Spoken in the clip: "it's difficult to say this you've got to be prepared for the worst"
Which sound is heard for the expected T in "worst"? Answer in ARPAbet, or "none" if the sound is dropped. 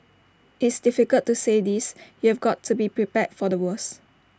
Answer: none